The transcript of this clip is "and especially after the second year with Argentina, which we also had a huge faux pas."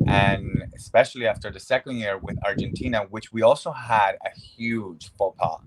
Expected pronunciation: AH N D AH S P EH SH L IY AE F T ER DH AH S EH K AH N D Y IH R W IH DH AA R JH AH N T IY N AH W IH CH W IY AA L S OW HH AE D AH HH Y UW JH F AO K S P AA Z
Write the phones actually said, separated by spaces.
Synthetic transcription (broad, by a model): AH N AH S P EH SH L IY AE F T ER DH AH S EH K AH N D Y IH R W IH DH AA R JH AH N T IY N AH W IH CH W IY AA L S OW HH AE D AH HH Y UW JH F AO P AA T